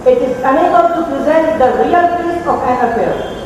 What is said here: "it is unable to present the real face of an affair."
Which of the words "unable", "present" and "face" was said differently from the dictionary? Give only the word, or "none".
face